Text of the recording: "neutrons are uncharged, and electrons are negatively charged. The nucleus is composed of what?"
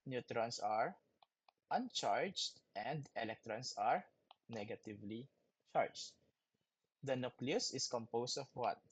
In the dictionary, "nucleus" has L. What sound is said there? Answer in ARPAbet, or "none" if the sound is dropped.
L